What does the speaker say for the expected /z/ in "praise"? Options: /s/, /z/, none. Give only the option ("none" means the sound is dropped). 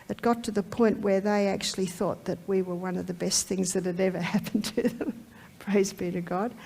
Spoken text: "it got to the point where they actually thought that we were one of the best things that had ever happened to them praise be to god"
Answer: /z/